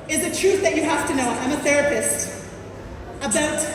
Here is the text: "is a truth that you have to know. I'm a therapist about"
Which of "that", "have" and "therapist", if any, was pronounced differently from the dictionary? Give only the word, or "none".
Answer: have